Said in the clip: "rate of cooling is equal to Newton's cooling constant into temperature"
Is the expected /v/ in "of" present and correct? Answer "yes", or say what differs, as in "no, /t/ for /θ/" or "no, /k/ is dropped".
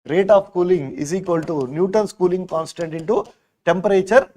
no, /p/ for /v/